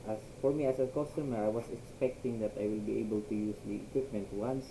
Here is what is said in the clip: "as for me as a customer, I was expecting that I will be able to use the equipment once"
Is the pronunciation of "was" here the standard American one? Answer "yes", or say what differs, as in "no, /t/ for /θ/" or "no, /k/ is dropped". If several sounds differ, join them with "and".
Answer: no, /s/ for /z/